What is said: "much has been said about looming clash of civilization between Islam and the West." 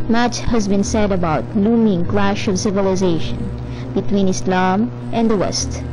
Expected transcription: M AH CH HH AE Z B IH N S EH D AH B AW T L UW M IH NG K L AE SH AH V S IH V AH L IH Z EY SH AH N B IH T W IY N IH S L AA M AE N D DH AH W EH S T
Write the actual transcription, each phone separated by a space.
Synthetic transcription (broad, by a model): M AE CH HH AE Z B IH N S EH D AH B AW T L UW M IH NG K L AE SH AH V S IH V AH L IH Z EY SH AH N B IH T W IY N IH S L AA M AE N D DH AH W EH S T